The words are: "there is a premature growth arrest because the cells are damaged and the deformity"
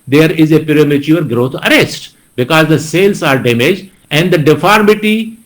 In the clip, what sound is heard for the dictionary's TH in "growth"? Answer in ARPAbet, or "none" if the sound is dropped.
T